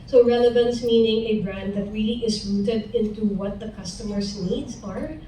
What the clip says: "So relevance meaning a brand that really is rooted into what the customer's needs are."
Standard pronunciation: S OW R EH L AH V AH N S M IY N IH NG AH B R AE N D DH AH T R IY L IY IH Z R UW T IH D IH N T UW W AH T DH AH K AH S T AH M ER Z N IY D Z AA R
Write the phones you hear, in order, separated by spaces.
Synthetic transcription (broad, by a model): S OW R EH L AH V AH N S M IY N IH NG AH B R AE N D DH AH T R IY L IY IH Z R UW T IH D IH N T UW W AH T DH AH K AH S T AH M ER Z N IY D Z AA R